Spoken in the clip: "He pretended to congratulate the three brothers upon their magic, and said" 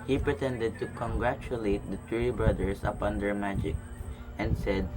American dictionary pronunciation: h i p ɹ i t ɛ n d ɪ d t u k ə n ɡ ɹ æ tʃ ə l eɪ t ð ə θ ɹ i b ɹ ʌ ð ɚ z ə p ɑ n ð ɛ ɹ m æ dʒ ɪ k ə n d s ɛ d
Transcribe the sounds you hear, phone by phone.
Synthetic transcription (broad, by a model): h i p ɹ i t ɛ n d ɪ d t u k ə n ɡ ɹ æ tʃ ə l eɪ t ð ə t ɹ i b ɹ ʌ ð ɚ s ə p ɑ n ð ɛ ɹ m æ dʒ ɪ k ə n d s ɛ d